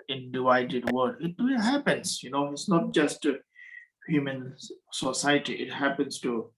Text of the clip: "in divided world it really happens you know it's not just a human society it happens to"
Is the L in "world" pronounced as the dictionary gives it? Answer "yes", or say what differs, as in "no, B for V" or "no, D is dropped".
no, L is dropped